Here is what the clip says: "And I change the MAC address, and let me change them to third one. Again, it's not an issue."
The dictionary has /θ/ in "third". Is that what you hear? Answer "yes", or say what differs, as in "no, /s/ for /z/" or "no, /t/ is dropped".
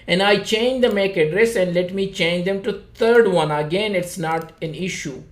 no, /t/ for /θ/